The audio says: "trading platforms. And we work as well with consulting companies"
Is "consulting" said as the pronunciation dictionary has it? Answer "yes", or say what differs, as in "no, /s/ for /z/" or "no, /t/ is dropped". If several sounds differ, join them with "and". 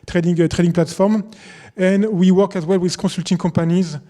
no, /n/ is dropped